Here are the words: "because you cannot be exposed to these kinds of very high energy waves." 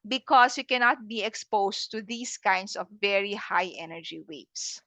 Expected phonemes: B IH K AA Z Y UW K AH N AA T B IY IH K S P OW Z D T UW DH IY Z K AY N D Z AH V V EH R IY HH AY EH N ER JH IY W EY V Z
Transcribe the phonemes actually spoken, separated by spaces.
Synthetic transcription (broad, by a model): B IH K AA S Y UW K AH N AA T B IY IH K S P OW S T UW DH IY S K AY N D S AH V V EH R IY HH AY EH N ER JH IY W EY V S